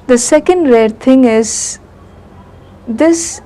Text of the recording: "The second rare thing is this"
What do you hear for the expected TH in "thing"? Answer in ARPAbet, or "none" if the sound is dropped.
T